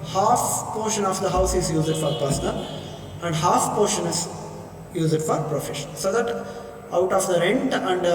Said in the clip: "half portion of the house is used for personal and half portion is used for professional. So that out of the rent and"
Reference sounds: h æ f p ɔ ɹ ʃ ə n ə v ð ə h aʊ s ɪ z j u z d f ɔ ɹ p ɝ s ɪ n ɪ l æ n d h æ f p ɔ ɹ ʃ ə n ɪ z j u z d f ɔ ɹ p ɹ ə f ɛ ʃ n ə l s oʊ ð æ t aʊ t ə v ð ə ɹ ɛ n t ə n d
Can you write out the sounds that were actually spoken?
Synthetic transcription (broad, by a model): h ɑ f p ɔ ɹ ʃ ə n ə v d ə h aʊ s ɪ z j u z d f ɔ ɹ p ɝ s n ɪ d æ n d h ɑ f p ɔ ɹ ʃ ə n ɪ z j u z d f ɔ ɹ p ɹ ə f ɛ ʃ ə n s oʊ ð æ t aʊ t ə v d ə ɹ ɛ n t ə n d